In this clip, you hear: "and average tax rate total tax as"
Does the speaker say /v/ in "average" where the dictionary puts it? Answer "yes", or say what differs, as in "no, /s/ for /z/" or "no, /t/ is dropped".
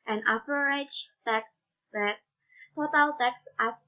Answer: no, /p/ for /v/